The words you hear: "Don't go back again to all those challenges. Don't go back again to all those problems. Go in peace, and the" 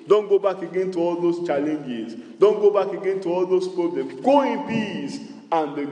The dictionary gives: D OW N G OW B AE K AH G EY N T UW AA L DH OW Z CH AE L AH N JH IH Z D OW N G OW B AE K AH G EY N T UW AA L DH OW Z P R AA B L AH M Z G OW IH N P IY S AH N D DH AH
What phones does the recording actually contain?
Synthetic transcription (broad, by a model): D OW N G OW B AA K AH G EY N T UW AA L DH OW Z CH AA L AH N JH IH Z D OW N G OW B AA K AH G EY N T UW AA L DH OW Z P R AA B L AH M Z G OW IH N B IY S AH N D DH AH